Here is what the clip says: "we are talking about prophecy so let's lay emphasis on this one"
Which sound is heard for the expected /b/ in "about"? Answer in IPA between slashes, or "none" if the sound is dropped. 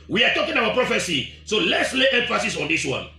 none